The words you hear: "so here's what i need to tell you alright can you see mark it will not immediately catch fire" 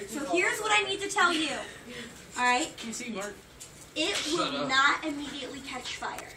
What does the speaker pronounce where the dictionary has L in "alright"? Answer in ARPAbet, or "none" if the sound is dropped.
none